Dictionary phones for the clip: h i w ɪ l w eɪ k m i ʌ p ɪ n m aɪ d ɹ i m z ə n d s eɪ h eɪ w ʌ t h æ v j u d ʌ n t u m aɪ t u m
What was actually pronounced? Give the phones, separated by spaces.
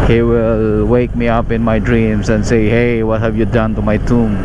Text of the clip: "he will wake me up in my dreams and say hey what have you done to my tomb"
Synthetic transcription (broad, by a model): h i w ɪ l w eɪ k m i ʌ p ɪ n m aɪ d ɹ i m s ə n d s eɪ h eɪ w ʌ t h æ v j u d ʌ n t u m aɪ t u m